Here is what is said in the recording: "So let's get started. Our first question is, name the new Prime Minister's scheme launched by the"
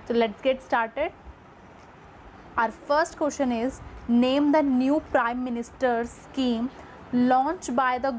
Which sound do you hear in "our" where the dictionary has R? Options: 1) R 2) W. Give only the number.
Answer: 1